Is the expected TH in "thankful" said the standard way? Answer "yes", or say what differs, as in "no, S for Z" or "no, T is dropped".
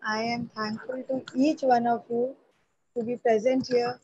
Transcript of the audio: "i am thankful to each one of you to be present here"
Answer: no, T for TH